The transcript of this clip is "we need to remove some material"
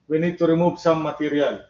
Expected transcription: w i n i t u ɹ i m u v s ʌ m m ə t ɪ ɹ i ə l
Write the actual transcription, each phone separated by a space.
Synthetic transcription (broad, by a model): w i n i t u ɹ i m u b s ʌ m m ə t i ɹ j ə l